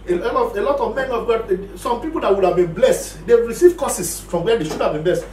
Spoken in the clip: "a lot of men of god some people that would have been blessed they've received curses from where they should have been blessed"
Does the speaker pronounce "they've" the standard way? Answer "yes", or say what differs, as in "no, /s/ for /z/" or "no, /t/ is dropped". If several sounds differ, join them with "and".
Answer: no, /w/ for /v/